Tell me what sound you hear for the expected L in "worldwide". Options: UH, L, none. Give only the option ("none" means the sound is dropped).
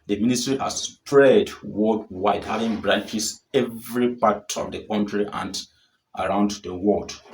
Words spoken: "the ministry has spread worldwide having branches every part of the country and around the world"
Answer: none